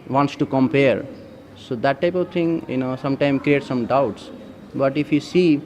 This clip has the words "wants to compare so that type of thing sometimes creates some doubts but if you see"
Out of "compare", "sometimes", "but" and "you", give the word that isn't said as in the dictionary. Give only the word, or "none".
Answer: sometimes